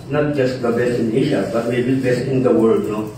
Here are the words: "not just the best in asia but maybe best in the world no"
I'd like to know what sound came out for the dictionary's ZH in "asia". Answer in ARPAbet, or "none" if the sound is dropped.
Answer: SH